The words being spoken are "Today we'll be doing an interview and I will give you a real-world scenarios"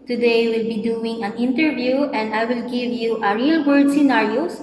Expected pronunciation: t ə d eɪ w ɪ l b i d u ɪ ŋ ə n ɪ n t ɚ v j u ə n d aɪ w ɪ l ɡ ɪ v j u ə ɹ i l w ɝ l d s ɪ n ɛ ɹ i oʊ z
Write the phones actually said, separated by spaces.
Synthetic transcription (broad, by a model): t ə d eɪ w ɪ l b i d u ɪ ŋ ə n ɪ n t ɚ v j u ə n d aɪ w ɪ l ɡ ɪ v j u ə ɹ i l w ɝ d s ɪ n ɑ ɹ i oʊ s